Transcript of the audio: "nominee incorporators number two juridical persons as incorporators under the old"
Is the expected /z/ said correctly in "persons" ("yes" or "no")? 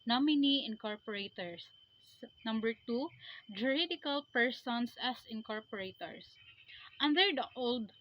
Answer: no